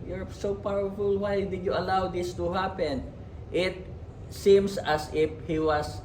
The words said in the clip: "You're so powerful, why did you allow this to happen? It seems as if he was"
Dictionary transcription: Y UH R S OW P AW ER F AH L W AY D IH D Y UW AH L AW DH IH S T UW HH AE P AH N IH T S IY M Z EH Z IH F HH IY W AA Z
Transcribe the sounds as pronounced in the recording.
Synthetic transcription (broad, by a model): Y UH R S OW P AW ER F AH L W AY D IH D Y UW AH L AW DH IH S T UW HH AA P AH N IH T S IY M S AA S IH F HH IY W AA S